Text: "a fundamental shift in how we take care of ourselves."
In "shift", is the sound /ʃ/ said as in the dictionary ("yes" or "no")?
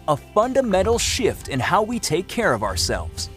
yes